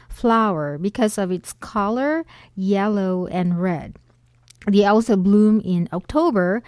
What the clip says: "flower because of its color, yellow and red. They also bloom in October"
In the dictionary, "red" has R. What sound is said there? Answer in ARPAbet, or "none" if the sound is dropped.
R